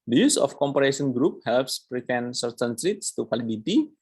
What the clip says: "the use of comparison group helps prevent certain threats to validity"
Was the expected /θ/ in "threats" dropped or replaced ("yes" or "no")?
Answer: yes